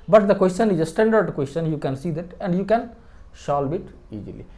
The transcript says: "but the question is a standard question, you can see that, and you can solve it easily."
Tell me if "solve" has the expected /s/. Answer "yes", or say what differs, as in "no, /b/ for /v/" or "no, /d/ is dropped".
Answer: no, /ʃ/ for /s/